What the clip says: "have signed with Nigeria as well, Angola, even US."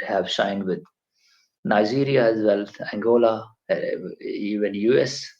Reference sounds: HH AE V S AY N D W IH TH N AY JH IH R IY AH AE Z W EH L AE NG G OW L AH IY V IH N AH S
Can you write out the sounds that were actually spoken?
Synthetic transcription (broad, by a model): HH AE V SH AY N D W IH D N AY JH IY R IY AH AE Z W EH L AE NG G OW L AH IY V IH N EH S